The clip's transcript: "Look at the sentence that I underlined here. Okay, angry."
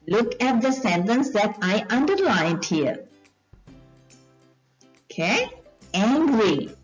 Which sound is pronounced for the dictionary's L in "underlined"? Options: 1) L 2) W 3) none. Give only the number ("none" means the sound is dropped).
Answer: 1